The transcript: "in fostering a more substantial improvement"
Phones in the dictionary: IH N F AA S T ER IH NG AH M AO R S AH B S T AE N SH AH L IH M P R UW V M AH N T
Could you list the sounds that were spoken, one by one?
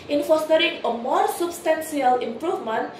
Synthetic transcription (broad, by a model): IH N F AA S T ER IH NG AH M AO R S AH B S T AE N S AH L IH M P R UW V M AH N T